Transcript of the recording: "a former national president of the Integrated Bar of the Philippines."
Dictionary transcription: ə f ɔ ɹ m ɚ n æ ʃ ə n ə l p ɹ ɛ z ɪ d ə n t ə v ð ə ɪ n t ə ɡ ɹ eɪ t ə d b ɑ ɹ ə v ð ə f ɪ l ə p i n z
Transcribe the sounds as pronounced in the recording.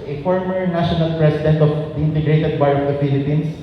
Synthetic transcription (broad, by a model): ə f ɔ ɹ m ɚ n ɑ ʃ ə n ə l p ɹ ɛ s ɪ d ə n t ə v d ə ɪ n t ə ɡ ɹ eɪ t ə d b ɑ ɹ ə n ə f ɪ l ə p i n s